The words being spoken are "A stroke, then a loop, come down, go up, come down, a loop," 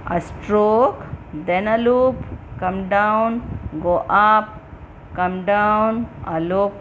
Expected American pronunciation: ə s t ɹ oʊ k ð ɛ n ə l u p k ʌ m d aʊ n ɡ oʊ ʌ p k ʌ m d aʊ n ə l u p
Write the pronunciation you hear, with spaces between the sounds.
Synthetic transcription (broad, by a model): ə s t ɹ oʊ k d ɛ n ə l u p k ʌ m d aʊ n ɡ oʊ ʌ p k ʌ m d aʊ n ə l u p